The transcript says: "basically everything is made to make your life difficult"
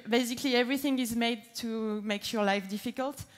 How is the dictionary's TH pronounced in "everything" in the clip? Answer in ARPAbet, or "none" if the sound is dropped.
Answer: TH